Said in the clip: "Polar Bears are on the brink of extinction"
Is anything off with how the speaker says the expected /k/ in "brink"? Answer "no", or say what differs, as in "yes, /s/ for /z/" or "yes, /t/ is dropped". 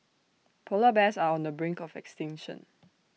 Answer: no